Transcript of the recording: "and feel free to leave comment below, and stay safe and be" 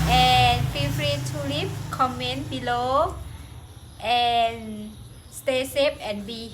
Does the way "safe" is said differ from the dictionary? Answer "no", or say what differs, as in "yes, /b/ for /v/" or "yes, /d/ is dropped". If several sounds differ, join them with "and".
yes, /p/ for /f/